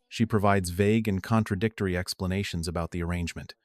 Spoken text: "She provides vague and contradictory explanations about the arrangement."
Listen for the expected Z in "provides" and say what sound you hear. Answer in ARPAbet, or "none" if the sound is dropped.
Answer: Z